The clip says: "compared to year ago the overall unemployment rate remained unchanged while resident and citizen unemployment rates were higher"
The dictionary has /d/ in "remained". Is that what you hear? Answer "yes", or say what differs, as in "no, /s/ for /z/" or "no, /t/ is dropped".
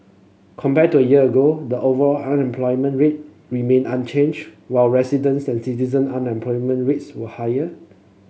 no, /d/ is dropped